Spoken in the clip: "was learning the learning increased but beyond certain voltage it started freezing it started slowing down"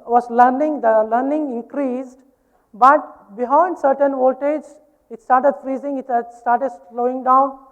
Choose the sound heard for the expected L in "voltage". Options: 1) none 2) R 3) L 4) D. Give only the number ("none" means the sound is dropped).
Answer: 1